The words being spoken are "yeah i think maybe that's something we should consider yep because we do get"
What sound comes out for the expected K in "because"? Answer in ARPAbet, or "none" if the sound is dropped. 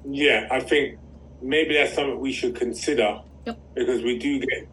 K